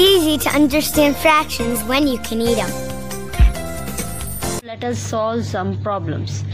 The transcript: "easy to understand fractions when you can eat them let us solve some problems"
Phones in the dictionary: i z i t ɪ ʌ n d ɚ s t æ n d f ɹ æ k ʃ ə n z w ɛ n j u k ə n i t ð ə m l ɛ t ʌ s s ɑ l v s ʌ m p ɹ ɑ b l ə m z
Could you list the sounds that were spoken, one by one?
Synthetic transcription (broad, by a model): i z i t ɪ ʌ n d ɚ s t æ n d f ɹ æ k ʃ ə n z w ɛ n j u k ə n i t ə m l ɛ t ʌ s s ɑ l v s ʌ m p ɹ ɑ b l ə m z